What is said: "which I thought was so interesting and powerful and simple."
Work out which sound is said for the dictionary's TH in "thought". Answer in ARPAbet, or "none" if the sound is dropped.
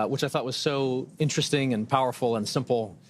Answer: TH